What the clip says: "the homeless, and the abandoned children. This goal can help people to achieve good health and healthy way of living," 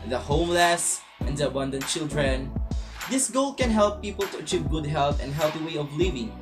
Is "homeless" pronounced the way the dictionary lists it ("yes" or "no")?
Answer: yes